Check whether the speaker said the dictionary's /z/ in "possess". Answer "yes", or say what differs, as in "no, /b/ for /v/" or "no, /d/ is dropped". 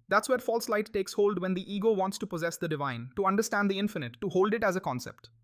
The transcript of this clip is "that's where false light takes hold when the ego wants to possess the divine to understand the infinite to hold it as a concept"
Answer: yes